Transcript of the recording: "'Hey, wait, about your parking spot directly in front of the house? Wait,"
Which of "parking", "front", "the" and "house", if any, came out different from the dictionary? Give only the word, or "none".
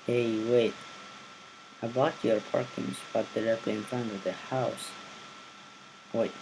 none